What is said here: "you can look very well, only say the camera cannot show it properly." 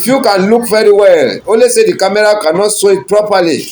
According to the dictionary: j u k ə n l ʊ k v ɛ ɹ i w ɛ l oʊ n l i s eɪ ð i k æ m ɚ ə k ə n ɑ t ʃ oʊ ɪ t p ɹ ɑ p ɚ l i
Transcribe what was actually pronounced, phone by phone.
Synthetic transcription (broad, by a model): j u k ə n l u k v ɛ ɹ i w ɛ l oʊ l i s eɪ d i k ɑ m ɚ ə k ə n ɑ t s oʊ ɪ t p ɹ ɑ p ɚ l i